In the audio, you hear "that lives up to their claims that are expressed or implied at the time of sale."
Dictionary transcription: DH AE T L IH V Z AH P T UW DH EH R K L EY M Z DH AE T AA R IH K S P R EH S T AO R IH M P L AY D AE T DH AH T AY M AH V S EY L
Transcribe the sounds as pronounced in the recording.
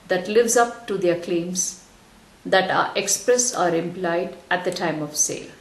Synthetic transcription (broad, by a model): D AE T L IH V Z AH P T UW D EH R K L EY M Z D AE T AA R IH K S P R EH S AO R IH M P L AY D AE T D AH T AY M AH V S EY L